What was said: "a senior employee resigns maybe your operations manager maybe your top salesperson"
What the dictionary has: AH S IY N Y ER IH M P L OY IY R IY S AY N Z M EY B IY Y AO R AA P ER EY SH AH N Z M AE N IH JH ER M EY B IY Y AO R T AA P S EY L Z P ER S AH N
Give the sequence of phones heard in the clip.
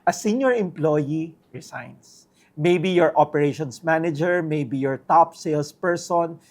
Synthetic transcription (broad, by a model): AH S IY N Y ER IH M P L OY IY R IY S AY N S M EY B IY Y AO R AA P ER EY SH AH N S M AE N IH JH ER M EY B IY Y AO R T AA P S EY L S P ER S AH N